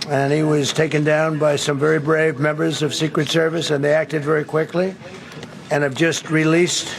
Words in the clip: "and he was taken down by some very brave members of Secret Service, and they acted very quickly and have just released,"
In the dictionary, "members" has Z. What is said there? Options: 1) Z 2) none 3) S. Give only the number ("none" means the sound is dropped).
1